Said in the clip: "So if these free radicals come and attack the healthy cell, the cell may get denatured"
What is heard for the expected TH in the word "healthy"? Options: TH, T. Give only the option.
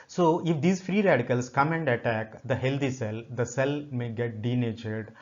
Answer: T